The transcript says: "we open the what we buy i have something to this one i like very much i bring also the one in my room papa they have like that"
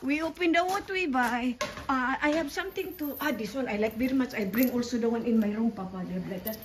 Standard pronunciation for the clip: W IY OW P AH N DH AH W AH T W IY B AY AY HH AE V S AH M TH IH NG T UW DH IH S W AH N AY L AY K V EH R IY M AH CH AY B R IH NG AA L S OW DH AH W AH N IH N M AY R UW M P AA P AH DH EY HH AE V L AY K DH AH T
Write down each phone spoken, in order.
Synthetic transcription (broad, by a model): W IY OW P AH N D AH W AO T W IY B AY AY HH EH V S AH M T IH NG T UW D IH S W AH N AY L AY K V EH R IY M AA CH AY B R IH NG AA L S OW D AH W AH N IH N M AY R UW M P AA P AH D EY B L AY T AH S